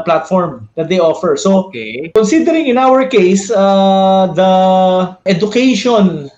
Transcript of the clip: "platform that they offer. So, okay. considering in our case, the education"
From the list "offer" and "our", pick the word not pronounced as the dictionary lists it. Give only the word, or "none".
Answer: none